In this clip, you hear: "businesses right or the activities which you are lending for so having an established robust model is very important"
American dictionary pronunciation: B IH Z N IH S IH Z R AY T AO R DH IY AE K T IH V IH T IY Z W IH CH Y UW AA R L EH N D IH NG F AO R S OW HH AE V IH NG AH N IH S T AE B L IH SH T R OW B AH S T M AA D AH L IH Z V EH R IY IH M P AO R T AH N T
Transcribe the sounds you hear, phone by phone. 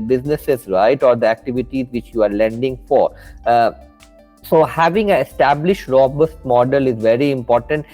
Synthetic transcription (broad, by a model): B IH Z N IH S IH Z R AY T AO R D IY AE K T IH V IH T IY Z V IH CH Y UW AA R L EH N D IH NG F AO R S OW HH AE V IH NG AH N IH S T AE B L IH SH T R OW B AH S T M AA D AH L IH Z V EH R IY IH M P AO R T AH N T